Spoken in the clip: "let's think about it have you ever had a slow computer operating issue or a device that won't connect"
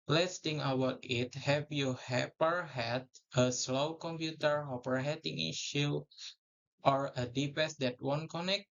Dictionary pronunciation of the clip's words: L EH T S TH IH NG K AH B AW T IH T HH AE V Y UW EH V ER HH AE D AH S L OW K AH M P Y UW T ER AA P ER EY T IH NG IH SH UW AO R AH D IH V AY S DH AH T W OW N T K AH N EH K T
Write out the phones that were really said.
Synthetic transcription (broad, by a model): L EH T S T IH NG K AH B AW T IH T HH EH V Y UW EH P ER HH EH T AH S L OW K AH M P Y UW T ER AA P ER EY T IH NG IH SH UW AO R AH D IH P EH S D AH T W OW N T K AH N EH K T